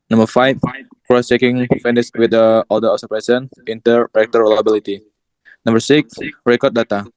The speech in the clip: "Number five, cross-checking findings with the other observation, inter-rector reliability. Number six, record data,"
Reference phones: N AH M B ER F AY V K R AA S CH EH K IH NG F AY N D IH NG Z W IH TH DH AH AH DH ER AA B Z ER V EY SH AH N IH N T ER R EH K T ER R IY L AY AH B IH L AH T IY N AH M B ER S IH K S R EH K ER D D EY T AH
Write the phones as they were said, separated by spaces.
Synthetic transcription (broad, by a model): N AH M B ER F AY F K R AA S CH EH K IH NG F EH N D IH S W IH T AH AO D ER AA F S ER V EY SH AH N IH N T ER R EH K T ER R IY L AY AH B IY L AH T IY N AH M B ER S IH K S R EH K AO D D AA T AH